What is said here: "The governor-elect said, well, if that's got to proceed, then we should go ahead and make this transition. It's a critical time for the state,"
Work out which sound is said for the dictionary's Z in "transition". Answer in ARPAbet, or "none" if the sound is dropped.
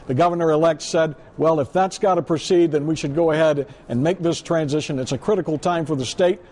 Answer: Z